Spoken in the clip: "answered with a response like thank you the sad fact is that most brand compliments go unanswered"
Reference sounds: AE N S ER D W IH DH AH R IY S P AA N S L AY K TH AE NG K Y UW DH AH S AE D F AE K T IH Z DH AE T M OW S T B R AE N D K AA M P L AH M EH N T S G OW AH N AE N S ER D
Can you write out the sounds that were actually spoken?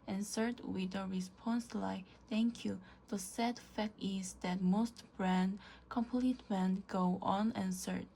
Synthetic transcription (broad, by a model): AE N S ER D W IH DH AH R IY S P AA N S L AY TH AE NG K Y UW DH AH S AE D F AE K T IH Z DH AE T M OW S T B R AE N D K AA M P L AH M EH N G OW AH N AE N S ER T